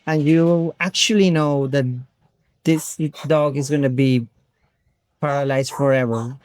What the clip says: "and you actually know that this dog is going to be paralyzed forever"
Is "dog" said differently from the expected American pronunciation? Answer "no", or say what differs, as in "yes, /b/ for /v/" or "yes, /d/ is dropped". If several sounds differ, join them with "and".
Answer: no